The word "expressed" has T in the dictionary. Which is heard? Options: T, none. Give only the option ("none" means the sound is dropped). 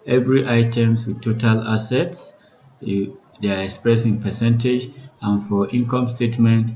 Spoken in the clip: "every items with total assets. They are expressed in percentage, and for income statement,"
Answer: none